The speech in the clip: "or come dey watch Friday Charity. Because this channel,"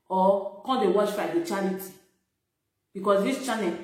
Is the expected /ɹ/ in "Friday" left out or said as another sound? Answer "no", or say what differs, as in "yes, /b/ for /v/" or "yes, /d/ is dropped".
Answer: yes, /ɹ/ is dropped